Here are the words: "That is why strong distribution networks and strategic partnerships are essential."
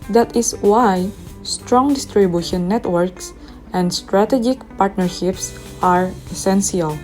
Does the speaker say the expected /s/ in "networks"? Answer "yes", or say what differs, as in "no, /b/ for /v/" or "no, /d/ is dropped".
yes